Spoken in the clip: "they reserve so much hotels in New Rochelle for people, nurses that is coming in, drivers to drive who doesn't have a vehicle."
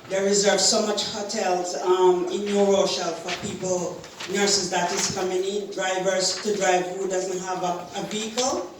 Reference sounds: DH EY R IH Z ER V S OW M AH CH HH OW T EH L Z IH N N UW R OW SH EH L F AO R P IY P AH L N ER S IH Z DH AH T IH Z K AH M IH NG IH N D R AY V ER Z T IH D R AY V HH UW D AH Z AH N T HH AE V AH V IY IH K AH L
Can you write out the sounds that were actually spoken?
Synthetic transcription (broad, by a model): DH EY R IH Z ER V S OW M AH CH HH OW T EH L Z IH N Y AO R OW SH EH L F AO R P IY P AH L N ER S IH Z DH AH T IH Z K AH M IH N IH D R AY V ER Z T IH D R AY V HH UW D AH Z AH N T HH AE V AH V IY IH K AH L